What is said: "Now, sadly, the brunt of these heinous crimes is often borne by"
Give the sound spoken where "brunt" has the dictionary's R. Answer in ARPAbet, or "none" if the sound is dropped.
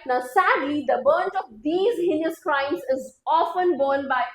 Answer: none